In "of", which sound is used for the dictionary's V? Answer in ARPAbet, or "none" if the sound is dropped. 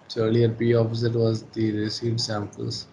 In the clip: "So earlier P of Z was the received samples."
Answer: P